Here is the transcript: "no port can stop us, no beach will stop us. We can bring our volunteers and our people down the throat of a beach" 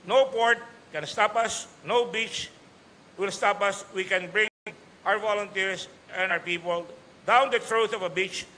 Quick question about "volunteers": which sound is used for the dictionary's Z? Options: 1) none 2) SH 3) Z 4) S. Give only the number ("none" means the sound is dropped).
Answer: 4